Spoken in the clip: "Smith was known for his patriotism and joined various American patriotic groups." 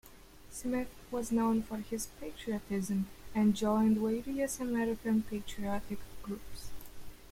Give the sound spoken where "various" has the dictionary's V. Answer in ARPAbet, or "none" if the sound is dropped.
W